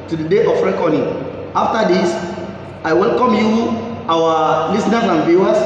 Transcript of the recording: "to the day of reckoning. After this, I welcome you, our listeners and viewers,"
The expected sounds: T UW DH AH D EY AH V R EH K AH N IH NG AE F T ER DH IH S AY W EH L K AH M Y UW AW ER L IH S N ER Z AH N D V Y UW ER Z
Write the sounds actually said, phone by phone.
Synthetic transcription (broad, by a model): T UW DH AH D EY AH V R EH K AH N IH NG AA F T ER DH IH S AY W EH L K AH M Y UW AW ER L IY S N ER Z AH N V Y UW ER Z